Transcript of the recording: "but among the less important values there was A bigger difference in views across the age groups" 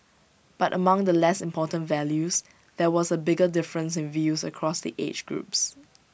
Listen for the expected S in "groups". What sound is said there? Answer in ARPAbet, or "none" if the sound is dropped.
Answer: S